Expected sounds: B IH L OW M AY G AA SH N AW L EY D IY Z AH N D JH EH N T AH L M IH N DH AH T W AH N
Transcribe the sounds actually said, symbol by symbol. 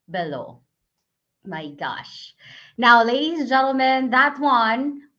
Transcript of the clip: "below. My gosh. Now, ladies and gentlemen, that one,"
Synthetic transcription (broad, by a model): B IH L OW M AY G AA SH N AW L EY D IY Z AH N JH EH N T L M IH N DH AH T W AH N